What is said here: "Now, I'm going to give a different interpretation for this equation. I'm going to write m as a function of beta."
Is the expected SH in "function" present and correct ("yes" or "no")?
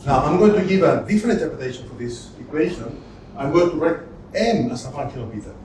no